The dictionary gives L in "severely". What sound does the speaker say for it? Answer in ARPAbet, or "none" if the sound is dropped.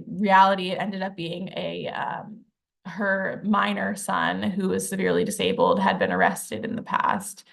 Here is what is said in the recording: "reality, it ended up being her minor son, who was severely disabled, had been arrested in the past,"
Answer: L